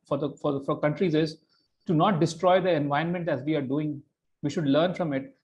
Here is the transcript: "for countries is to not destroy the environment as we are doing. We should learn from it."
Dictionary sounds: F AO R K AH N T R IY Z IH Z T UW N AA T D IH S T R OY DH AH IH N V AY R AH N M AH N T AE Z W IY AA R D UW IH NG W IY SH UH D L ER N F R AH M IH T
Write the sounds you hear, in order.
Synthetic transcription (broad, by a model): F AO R K AH N T R IY Z IH Z T UW N AA T D IH S T R OY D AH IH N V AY AH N M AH N T AE Z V IY AA R D UW IH NG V IY SH UH D L ER N F R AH M IH T